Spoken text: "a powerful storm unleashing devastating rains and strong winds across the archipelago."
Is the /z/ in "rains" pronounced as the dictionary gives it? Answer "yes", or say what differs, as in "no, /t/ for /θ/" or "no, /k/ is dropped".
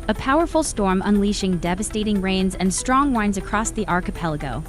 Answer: yes